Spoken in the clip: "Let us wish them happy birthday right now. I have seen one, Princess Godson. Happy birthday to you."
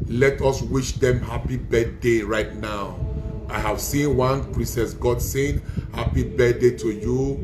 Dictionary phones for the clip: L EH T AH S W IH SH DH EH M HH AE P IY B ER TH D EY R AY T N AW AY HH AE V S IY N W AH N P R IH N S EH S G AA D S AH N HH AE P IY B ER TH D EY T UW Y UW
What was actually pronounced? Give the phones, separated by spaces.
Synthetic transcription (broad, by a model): L EH T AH S W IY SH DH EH M HH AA P IY B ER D D EY R AY T N AW AY HH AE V S IY N W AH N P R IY S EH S G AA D S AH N HH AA P IY B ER D EY T UW Y UW